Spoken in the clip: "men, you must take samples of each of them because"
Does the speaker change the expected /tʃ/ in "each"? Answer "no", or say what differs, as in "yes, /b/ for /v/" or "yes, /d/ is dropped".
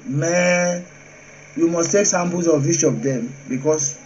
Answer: yes, /ʃ/ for /tʃ/